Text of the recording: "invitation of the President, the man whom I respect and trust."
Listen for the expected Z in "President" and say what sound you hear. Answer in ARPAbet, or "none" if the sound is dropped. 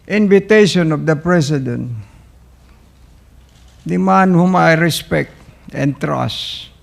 S